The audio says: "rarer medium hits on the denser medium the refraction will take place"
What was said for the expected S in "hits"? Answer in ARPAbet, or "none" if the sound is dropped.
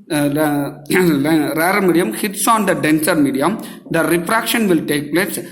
S